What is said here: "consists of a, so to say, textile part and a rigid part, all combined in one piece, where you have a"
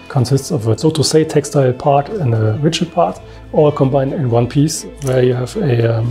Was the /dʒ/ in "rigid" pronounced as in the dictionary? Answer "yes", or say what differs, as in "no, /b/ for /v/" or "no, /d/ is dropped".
no, /tʃ/ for /dʒ/